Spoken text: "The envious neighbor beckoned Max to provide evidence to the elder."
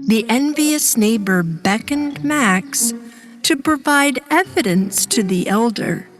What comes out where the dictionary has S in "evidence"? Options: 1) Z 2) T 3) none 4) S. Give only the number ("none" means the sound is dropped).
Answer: 4